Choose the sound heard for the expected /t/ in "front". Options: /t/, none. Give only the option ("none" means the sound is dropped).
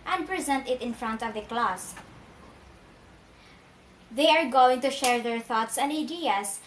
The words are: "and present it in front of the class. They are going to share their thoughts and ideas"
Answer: /t/